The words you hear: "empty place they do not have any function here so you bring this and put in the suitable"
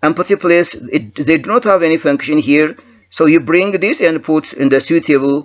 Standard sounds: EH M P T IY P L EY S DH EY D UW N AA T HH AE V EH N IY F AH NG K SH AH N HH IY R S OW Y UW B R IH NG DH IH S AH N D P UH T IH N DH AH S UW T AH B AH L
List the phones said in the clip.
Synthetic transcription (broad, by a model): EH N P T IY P L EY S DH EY D UW N AA T HH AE V EH N IY F AH NG K SH AH N HH IY R S OW Y UW B R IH NG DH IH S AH N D P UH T IH N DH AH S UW T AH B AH L